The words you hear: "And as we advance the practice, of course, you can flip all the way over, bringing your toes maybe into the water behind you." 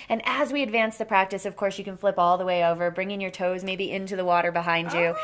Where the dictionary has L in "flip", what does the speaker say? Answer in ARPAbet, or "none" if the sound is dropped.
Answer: L